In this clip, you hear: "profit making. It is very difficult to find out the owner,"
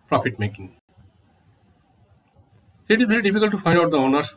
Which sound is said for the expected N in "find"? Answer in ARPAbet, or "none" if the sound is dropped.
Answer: none